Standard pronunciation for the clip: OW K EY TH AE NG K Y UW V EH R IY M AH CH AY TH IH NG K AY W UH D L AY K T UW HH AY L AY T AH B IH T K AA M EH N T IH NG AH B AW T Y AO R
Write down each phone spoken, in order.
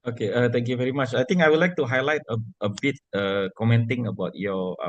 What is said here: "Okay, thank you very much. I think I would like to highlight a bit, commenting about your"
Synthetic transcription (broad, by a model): OW K EY T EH NG K Y UW V EH R IY M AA CH AY T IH NG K AY W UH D L AY K T UW HH AY L AY T AH B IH T K AA M EH N T IH NG AH B AW T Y AO